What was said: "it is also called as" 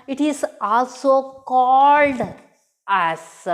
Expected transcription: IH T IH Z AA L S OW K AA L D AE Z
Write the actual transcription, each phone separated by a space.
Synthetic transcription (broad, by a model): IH T IH Z AA L S OW K AA L D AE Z